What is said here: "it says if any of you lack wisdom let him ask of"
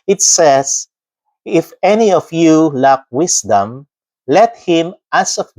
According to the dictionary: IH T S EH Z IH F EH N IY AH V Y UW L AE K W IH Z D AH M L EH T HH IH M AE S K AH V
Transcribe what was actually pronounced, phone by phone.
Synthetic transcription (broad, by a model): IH T S EH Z IH F EH N IY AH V Y UW L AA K W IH S D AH M L EH T HH IH M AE S AH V